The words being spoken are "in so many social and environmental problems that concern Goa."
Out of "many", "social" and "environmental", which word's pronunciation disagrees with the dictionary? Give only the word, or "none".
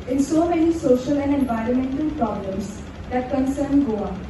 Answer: none